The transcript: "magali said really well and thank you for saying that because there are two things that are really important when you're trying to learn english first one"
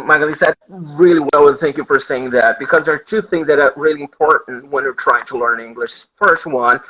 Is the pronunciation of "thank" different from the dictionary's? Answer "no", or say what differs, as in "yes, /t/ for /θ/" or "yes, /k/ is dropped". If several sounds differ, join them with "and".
no